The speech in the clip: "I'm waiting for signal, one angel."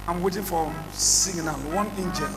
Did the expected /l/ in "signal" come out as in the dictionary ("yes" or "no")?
no